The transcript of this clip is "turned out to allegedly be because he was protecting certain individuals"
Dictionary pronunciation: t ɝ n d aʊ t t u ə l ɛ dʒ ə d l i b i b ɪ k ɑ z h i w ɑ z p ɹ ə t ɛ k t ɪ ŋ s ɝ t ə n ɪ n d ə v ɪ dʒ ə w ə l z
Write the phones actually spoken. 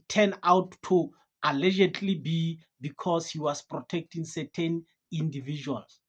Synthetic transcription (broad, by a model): t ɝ n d aʊ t t u ə l ɛ dʒ ə d l i b i b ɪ k ɑ s h i w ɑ s p ɹ ə t ɛ k t ɪ ŋ s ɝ t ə n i n d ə v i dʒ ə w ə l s